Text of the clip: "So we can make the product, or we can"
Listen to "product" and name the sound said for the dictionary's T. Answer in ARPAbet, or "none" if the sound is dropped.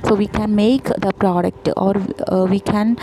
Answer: T